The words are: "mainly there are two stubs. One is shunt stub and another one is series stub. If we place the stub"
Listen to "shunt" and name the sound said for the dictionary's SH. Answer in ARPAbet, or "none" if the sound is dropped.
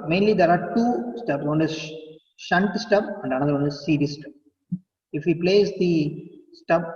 SH